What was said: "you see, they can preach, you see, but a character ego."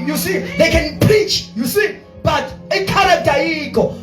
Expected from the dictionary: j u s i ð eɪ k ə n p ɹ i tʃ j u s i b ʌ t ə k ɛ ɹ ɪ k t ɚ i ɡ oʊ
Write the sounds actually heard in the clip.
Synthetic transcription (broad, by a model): j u s i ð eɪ k ə n p ɹ i tʃ j u s i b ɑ t ə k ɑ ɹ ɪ t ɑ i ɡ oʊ